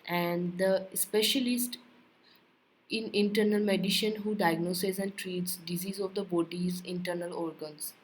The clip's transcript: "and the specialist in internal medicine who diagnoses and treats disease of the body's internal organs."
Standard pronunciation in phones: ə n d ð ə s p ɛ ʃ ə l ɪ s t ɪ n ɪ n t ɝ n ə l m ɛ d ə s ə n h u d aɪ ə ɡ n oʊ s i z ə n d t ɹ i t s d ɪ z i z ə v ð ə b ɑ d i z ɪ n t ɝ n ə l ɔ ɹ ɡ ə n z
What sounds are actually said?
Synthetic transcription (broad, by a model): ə n d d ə s p ɛ ʃ ə l ɪ s t ɪ n ɪ n t ɝ n ə l m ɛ d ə ʃ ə n h u d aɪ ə ɡ n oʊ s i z ə n d t ɹ i t s d ɪ z i z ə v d ə b ɑ d i z ɪ n t ɝ n ə l ɔ ɹ ɡ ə n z